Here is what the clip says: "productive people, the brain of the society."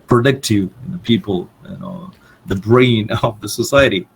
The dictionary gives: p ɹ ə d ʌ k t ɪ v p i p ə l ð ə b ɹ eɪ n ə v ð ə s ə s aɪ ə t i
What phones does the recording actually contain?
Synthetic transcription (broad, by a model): p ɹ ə d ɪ k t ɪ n p i p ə n ð ə b ɹ eɪ n ə v ð ə s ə s aɪ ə t i